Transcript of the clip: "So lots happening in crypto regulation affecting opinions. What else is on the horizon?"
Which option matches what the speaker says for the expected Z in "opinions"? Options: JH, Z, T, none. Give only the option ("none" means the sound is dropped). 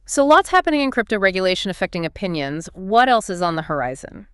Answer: Z